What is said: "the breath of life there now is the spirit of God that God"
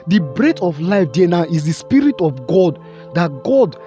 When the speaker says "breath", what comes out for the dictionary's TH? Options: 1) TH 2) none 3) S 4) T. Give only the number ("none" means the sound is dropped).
4